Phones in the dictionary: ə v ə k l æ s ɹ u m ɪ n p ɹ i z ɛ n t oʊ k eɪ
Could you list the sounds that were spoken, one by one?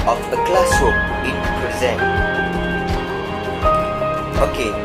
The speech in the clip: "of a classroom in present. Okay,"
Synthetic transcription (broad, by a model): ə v ə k l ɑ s u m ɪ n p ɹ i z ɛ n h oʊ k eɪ